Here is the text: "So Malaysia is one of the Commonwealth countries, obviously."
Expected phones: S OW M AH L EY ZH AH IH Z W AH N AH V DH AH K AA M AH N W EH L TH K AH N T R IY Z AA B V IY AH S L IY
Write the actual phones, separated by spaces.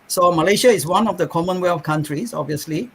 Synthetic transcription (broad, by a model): S OW M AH L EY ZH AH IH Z W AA N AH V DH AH K AA M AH N W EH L F K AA N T R IY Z AA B V IY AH S L IY